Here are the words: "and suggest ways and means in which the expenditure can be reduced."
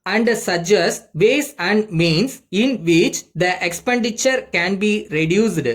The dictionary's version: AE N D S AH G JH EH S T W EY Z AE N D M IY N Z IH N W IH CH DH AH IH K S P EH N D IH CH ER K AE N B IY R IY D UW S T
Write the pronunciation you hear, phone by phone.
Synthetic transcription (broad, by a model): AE N D S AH JH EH S T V EY S AE N D M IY N S IH N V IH CH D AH IH K S P EH N D IH CH ER K AE N B IY R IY D UW S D